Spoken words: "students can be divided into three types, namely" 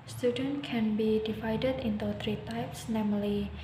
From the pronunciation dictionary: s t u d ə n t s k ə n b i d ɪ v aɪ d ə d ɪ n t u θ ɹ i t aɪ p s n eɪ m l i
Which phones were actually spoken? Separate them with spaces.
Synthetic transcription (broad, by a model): s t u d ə n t k ə n b i d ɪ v aɪ d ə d ɪ n t u t ɹ i t aɪ p s n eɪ m l i